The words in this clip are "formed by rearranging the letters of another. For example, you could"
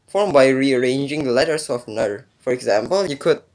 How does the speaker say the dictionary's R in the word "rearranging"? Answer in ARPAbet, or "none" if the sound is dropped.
R